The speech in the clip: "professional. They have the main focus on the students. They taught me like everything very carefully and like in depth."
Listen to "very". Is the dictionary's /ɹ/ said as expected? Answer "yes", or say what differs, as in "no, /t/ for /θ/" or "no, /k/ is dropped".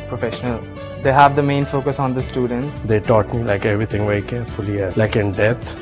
no, /ɹ/ is dropped